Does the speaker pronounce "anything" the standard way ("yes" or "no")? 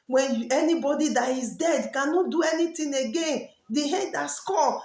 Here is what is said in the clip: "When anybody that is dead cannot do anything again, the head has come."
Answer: no